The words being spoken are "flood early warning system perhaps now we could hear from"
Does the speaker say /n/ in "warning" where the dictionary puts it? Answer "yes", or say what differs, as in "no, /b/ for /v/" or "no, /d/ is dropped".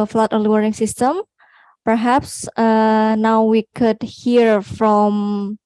no, /n/ is dropped